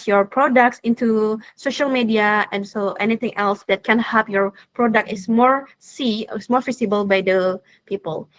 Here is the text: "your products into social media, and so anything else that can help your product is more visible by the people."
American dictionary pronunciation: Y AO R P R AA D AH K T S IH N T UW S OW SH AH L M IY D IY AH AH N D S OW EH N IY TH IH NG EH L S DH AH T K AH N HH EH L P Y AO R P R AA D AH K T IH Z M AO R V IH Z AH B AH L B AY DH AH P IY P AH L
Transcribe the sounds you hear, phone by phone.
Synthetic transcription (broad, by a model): Y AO R P R AA D AH K T S IH N T UW S OW SH AH L M IY D IY AH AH N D S OW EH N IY T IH NG EH L S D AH T K AH N HH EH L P Y AO R P R AA D AH K T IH S M AO R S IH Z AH B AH L B AY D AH P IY P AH L